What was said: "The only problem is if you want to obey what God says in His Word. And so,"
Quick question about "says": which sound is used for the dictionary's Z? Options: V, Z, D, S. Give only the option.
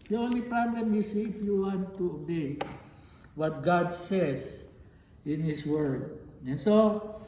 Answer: S